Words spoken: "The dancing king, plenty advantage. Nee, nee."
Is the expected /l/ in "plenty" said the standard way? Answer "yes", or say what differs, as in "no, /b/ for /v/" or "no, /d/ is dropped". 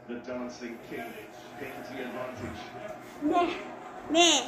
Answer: no, /l/ is dropped